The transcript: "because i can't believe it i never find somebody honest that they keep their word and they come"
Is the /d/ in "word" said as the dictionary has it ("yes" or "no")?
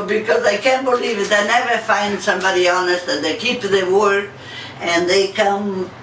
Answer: no